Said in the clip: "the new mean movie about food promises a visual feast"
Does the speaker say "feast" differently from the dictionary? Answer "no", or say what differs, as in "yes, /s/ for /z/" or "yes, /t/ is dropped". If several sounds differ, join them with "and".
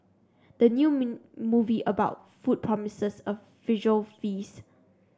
yes, /t/ is dropped